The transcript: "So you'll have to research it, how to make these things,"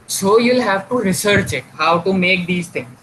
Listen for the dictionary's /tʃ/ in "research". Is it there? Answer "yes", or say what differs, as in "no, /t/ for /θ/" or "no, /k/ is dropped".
yes